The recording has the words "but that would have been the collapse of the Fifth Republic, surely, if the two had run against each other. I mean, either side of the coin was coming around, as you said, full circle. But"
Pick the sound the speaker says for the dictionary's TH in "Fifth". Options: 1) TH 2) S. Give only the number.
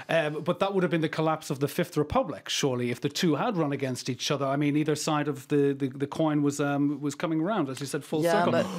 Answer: 1